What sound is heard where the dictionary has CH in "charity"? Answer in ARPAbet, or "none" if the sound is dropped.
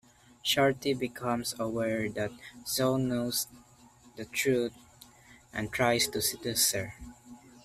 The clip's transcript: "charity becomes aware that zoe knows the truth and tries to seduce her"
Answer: SH